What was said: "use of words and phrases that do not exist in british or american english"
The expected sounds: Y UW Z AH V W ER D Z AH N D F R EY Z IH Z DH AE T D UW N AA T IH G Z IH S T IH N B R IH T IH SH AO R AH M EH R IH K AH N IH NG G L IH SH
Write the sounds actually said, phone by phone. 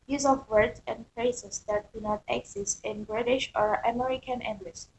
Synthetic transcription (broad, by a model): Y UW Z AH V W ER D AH N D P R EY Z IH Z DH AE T D UW N AA T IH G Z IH S T IH N B R IH T IH SH AO R AH M EH R IH K AH N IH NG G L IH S